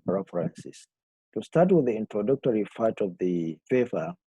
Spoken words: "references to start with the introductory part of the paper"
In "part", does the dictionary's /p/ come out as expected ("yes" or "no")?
no